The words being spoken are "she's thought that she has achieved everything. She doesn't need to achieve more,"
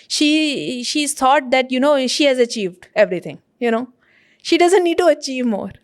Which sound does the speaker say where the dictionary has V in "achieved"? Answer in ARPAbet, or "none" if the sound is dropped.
V